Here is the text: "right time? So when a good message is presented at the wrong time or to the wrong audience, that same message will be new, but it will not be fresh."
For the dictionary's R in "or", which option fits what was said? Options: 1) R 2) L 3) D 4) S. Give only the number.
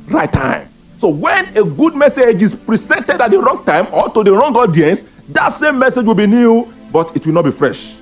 2